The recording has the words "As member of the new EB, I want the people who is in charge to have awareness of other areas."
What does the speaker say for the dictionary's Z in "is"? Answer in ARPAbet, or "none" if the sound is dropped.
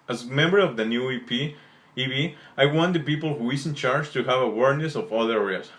S